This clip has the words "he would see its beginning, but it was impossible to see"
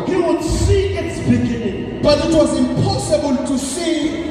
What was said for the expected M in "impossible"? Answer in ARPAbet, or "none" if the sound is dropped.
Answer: M